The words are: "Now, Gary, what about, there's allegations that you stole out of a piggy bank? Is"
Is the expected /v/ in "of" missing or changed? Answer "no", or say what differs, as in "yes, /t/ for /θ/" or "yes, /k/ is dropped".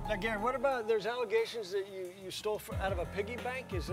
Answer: no